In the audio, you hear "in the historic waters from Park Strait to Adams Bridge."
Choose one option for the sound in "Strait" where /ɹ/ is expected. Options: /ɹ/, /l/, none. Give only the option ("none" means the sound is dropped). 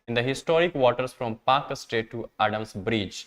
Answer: none